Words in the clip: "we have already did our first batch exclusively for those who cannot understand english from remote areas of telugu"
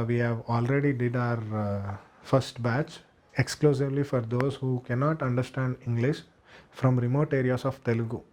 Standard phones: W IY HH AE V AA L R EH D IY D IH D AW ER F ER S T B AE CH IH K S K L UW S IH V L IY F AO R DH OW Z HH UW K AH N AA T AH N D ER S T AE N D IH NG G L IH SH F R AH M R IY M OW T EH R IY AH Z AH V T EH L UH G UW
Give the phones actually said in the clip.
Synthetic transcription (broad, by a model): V IY HH AE V AA L R EH D IY D IH D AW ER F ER S T B AE CH IH K S K L UW S IH V L IY F AO R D OW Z HH UW K AH N AA T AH N D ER S T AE N D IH NG G L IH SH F R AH M R IY M OW T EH R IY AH S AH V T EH L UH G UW